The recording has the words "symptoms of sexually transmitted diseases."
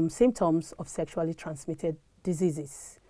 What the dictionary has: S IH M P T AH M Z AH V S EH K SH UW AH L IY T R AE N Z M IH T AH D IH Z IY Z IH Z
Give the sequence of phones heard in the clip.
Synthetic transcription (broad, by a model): S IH M P T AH M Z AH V S EH K SH UW AH L IY T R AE N S M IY T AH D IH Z IY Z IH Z